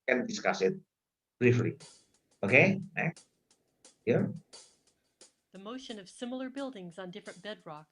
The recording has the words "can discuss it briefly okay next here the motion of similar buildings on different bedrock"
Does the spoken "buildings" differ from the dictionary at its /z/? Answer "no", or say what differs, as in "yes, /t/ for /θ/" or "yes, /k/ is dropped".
no